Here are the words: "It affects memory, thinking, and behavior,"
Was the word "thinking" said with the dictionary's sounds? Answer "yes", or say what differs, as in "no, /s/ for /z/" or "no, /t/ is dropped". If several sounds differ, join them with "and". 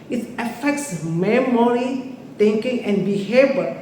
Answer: no, /t/ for /θ/